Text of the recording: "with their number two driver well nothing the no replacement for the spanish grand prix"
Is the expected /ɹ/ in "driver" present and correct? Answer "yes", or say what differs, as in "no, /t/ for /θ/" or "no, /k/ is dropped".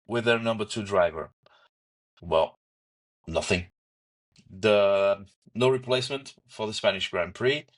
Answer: yes